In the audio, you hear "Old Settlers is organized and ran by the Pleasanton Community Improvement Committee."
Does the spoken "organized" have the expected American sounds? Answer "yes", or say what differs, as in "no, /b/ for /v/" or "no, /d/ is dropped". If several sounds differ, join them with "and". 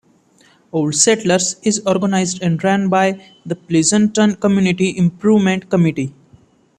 yes